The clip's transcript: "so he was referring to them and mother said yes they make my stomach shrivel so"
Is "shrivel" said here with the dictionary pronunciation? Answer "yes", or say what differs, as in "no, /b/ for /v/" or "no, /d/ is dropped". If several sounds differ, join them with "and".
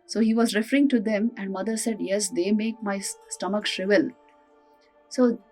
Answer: yes